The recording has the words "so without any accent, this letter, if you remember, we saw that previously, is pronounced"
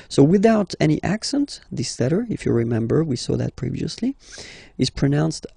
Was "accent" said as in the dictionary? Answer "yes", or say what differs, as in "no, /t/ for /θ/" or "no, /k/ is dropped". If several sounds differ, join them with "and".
yes